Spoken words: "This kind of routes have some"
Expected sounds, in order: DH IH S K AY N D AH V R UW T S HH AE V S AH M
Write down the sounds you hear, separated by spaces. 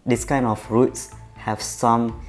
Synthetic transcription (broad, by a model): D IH S K AY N AH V R UW T S HH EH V S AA M